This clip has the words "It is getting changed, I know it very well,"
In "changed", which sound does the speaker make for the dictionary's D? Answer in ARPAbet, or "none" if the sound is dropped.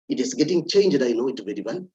D